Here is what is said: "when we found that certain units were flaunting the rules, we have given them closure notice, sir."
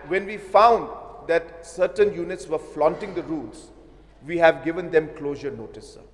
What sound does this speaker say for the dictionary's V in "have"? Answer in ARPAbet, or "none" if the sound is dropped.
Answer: V